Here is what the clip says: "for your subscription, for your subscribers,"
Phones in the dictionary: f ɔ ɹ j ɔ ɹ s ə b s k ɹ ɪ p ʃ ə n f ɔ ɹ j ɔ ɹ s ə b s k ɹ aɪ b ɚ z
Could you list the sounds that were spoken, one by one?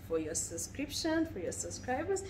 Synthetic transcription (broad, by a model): f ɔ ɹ j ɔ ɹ s ə b s k ɹ ɪ p ʃ ə n f ɔ ɹ j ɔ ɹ s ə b s k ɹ aɪ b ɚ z